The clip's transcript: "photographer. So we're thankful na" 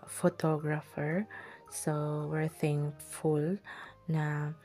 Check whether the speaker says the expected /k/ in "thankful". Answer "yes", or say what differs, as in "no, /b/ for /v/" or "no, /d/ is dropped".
no, /k/ is dropped